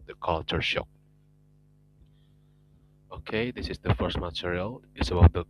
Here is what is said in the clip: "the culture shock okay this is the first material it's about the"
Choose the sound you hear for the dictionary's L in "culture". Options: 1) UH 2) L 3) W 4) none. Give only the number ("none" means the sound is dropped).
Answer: 2